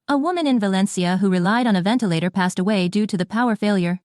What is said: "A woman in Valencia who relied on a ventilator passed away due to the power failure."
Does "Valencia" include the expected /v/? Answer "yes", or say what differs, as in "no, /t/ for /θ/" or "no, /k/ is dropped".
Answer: yes